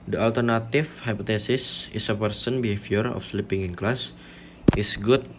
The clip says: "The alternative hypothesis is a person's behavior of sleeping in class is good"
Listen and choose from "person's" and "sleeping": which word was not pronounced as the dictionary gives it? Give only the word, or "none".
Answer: person's